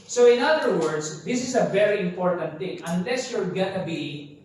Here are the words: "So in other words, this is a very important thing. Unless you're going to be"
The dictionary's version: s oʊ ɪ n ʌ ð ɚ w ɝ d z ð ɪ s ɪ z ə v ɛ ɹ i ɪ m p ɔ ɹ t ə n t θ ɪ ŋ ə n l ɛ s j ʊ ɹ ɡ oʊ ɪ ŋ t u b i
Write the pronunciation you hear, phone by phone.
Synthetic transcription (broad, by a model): s oʊ ɪ n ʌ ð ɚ w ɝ d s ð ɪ s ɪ s ə v ɛ ɹ i ɪ m p ɔ ɹ t ə n t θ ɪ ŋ ə n l ɛ s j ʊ l ɡ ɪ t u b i